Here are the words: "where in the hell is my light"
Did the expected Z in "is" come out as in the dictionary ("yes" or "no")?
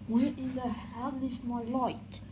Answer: no